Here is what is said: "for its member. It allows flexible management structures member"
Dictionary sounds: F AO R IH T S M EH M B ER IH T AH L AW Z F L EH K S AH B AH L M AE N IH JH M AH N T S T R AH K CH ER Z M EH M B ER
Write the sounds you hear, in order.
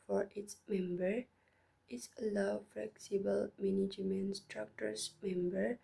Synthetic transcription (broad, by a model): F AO R IH T S M EH M B ER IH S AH L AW F L EH K S AH B AH L M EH N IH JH M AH N S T R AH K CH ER S M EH M B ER